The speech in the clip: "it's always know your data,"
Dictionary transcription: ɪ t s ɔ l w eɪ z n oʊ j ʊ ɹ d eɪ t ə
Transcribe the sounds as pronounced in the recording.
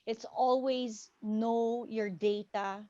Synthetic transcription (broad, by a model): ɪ t s ɔ l w eɪ z n oʊ j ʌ ɹ d eɪ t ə